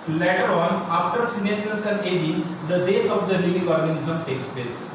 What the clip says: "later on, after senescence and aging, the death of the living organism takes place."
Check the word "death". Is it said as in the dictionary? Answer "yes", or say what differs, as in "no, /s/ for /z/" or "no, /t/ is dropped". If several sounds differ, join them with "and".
no, /t/ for /θ/